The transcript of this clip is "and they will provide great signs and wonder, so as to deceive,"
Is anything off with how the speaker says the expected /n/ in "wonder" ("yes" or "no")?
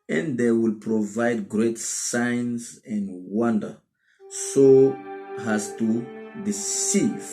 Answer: no